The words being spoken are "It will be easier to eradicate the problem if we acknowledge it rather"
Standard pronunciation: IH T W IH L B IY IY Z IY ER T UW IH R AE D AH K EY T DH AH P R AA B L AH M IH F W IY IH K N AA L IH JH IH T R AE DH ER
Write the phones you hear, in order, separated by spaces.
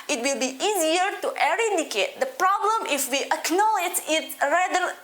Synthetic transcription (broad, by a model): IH T W IH L B IY IY Z IY ER T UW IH R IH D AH K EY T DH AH P R AA B L AH M IH F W IY IH K N AA L IH JH IH T R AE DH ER